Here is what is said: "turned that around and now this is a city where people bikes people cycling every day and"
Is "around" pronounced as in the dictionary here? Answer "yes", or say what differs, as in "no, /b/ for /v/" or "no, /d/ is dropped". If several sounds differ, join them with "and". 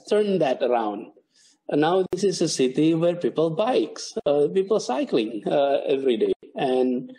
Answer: no, /n/ is dropped